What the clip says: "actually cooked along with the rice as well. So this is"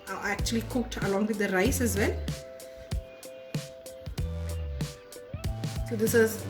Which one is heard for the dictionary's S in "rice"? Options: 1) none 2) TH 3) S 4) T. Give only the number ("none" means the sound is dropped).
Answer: 3